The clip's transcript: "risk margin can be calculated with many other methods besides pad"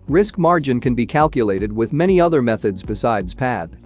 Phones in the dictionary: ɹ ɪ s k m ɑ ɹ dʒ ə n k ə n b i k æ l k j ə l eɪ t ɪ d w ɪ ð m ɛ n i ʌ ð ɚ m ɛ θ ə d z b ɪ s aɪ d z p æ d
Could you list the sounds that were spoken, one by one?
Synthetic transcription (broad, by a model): ɹ ɪ s k m ɑ ɹ dʒ ə n k ə n b i k æ l k j ə l eɪ t ɪ d w ɪ ð m ɛ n i ʌ ð ɚ m ɛ θ ə d z b ɪ s aɪ d z p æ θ